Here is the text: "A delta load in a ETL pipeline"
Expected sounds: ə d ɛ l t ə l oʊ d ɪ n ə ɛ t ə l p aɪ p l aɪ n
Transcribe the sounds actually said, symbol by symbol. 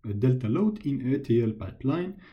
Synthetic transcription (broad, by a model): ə d ɛ l t ə l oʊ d ɪ n ə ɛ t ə l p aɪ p l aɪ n